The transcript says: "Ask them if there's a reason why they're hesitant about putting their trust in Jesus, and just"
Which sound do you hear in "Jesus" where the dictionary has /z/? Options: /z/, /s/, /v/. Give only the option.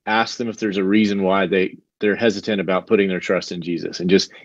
/z/